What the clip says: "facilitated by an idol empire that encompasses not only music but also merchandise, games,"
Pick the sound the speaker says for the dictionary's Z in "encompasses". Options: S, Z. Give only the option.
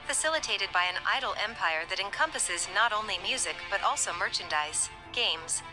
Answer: Z